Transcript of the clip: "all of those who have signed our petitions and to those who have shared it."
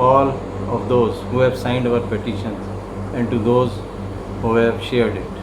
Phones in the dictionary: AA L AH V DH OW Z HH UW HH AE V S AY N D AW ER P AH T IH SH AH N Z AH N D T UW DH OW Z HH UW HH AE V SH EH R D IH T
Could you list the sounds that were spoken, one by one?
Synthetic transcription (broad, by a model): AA L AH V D OW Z HH UW HH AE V S AY N D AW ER P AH T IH SH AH N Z AH N D T UW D OW Z HH UW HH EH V SH EH R D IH T